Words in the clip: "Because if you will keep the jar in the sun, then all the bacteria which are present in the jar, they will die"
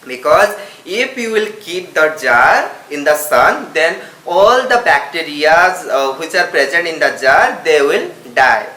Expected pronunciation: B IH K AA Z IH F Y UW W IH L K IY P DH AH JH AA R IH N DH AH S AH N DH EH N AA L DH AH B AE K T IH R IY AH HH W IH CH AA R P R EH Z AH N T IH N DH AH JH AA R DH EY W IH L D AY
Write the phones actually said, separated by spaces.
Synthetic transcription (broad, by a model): B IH K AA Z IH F Y UW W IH L K IY P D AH JH AA R IH N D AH S AH N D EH N AA L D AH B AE K T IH R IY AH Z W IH CH AA R P R EH Z AH N T IH N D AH JH AA R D EY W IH L D AY